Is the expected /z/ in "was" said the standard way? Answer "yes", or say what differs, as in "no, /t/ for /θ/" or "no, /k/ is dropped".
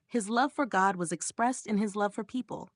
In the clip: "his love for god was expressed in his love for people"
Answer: yes